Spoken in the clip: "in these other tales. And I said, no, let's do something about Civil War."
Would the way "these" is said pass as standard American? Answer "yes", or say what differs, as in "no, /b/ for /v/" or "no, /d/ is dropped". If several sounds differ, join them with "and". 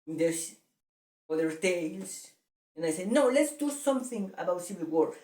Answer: no, /s/ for /z/